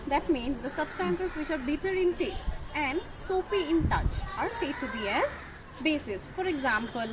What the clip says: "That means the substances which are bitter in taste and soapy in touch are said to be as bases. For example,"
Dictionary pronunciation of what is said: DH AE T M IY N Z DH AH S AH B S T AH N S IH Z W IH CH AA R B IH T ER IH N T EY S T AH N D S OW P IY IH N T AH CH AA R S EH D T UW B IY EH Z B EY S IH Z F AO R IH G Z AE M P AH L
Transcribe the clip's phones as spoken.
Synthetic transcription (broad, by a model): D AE T M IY N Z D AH S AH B S T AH N S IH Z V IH CH AA R B IH T ER IH N T EY S T AH N D S OW F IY IH N T AH CH AA R S EH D T UW B IY EH Z B EY S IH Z F AO R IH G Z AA M P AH L